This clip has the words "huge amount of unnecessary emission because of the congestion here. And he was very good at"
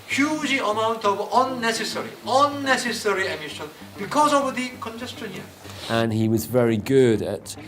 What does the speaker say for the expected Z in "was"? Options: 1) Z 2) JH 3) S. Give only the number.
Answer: 1